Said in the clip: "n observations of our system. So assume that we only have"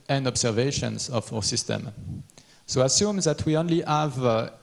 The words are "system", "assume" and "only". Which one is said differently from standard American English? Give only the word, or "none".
none